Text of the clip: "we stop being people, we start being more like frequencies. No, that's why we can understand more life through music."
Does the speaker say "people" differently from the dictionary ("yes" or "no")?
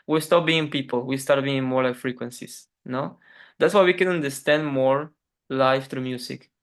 no